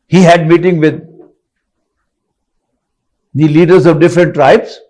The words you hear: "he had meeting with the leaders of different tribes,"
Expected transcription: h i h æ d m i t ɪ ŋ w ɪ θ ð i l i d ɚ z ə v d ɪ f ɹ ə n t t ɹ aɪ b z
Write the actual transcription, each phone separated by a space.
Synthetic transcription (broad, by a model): h i h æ d m i t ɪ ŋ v ɪ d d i l i d ɚ z ə v d ɪ f ɹ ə n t t ɹ aɪ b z